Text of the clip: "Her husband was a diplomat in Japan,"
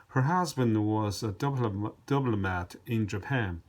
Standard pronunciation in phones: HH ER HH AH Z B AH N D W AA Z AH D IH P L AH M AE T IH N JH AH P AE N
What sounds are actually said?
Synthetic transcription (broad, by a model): HH ER HH AH Z B AH N D W AA Z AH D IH B L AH M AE T IH N JH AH P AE N